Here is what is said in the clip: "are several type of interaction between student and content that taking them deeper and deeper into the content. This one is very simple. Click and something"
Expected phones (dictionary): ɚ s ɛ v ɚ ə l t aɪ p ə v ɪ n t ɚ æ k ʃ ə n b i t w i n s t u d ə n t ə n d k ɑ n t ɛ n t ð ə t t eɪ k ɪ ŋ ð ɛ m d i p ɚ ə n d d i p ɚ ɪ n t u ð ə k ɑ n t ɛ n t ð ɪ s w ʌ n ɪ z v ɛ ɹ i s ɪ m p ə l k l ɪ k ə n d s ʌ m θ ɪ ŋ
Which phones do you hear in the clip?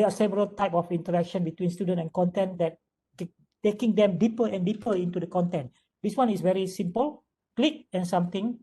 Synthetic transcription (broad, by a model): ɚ s ɛ v ɚ ə l t aɪ p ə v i n t ɚ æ k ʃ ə n b i t w i n s t u d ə n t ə n k ɑ n t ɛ n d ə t t eɪ k ɪ ŋ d ɛ m d i p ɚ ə n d d i p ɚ ɪ n t u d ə k ɑ n t ɛ n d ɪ s w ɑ n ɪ s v ɛ ɹ i s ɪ m p ə l k l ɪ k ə n s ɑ m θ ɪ ŋ